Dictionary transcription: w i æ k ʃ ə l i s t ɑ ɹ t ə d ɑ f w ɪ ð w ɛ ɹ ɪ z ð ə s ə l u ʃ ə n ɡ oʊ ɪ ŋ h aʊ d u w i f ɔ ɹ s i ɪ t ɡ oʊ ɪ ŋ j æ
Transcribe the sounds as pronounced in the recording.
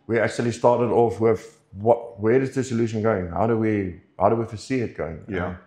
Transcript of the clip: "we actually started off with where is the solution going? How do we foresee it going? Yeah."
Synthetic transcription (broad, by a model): w i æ k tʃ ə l i s t ɑ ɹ t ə d ɑ f w ɪ ð w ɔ w ɪ z ð ə s ə l u ʃ ə n ɡ oʊ ɪ ŋ h aʊ d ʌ w i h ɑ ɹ s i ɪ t ɡ oʊ ɪ ŋ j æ